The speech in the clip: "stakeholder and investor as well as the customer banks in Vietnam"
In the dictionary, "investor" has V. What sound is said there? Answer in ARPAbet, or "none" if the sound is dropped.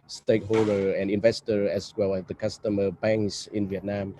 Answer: V